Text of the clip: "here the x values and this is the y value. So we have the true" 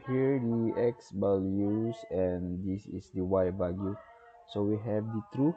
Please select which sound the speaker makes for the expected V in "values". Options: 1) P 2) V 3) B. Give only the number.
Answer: 3